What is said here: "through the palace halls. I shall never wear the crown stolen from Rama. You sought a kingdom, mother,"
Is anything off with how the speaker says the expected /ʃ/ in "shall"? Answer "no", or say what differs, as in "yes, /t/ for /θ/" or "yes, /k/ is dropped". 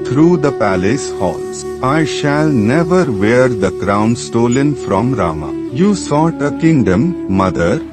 no